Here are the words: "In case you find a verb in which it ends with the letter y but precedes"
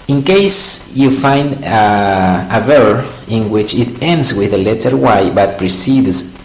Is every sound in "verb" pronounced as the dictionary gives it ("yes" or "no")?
no